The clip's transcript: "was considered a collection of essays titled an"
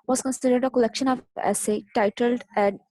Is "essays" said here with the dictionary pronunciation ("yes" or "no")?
no